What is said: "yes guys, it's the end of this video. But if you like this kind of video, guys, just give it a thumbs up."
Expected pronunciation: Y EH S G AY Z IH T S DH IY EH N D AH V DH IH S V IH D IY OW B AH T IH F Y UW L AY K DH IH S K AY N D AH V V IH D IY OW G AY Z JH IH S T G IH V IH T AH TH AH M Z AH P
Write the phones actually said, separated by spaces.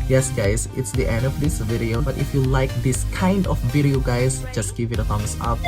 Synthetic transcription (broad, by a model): Y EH S G AY S IH T S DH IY EH N D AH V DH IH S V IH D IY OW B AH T IH F Y UW L AY K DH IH S K AY N D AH F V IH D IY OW G AY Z JH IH S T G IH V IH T AH F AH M S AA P